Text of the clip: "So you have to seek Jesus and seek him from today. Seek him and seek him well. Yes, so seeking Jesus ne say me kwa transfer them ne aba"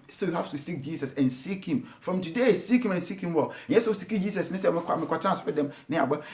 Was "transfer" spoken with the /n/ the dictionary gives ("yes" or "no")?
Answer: no